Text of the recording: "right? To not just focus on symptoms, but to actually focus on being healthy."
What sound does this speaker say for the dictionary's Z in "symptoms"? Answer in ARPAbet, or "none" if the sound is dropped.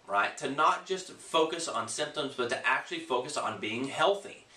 Z